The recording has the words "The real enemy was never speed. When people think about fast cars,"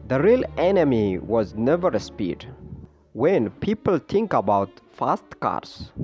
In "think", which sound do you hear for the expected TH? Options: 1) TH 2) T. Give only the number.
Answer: 2